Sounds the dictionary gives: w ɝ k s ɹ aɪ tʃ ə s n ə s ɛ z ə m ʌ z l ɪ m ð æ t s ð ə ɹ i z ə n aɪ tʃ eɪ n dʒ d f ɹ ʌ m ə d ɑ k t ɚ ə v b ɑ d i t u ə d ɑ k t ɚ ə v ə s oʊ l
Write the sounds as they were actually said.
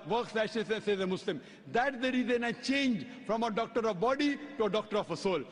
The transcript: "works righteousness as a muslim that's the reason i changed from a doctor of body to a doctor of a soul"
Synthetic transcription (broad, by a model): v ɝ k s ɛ ʃ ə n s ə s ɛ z ə m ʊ s l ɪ m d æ t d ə ɹ i z ə n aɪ tʃ eɪ n dʒ f ɹ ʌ m ə d ɑ k t ɚ ə v b ɑ d i t u ə d ɑ k t ɚ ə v ə s oʊ l